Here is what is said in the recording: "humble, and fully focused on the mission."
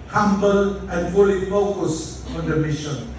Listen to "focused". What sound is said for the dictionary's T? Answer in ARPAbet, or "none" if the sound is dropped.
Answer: none